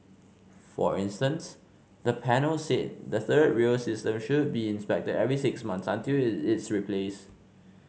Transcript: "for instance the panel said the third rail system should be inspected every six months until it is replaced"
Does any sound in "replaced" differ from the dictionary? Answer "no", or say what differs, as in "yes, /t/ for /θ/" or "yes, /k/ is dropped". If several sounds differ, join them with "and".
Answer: yes, /t/ is dropped